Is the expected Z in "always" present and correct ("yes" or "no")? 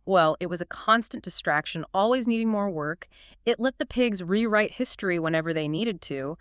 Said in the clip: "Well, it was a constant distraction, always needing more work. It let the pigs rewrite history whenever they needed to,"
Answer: yes